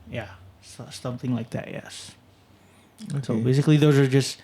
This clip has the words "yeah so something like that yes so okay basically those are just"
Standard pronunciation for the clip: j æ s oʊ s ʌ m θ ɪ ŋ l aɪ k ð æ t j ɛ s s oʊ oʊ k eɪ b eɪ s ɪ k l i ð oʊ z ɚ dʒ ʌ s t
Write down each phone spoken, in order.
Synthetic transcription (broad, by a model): j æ s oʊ s ʌ m θ ɪ ŋ l aɪ k ð æ t j ɛ s s oʊ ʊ b eɪ s ɪ k l i ð oʊ z ɚ dʒ ʌ s t